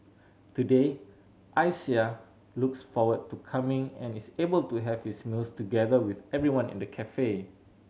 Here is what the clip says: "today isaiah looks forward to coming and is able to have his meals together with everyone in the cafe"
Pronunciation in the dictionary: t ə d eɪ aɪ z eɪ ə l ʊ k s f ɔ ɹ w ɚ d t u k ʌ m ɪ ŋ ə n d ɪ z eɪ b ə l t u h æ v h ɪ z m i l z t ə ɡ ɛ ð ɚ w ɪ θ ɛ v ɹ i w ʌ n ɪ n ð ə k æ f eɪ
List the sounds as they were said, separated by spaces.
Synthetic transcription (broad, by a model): t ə d eɪ aɪ s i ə l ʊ k s f ɔ w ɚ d t u k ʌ m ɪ ŋ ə n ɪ s eɪ b ə l t u h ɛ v h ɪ s m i l s t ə ɡ ɛ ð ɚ w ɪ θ ɛ v ɹ i w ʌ n ɪ n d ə k æ f eɪ